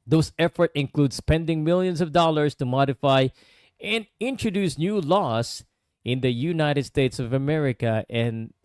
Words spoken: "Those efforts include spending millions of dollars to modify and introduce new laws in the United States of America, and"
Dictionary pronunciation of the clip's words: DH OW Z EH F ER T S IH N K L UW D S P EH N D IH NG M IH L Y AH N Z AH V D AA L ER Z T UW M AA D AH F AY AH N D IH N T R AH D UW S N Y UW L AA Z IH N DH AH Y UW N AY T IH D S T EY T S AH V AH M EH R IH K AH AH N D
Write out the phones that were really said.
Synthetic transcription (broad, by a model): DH OW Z EH F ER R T IH N K L UW D S P EH N D IH NG M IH L Y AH N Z AH V D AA L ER S T UW M AA D AH F AY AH N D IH N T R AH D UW S N Y UW L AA S IH N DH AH Y UW N AY T IH D S T EY T S AH V AH M EH R IH K AH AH N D